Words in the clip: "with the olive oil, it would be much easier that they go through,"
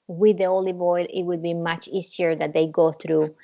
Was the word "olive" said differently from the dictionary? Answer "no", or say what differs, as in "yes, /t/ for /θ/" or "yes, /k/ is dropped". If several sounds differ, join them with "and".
yes, /b/ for /v/